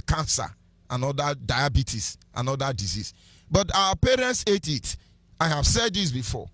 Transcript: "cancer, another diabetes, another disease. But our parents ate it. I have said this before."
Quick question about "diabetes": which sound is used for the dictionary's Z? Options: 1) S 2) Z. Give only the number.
1